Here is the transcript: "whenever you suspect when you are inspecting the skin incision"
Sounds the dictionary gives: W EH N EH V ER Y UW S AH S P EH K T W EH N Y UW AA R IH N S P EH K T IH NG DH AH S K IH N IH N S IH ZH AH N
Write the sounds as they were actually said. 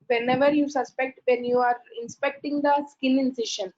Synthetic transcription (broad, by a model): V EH N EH V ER Y UW S AH S P EH K T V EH N Y UW AA R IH N S P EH K T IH NG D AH S K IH L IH N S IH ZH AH N